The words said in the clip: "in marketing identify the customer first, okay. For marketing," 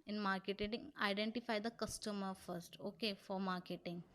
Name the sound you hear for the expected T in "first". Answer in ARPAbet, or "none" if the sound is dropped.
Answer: T